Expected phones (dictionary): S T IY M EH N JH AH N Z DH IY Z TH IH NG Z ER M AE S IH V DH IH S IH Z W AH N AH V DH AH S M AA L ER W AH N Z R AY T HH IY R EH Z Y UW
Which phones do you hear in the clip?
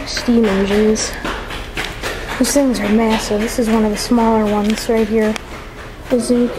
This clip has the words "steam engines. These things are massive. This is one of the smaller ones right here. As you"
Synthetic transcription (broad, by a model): S T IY M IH JH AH Z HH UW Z TH IH NG Z ER M AE S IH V DH IH S IH Z W AH N AH V DH AH S M AA L ER W AH N Z R AY T HH IY R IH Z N